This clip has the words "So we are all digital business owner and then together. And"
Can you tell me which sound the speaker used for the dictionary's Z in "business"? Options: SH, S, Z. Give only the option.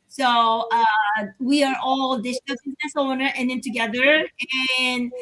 Z